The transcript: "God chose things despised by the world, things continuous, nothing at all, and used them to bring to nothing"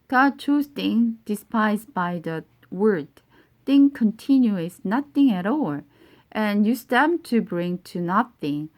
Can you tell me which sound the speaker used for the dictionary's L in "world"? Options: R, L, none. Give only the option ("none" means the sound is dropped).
none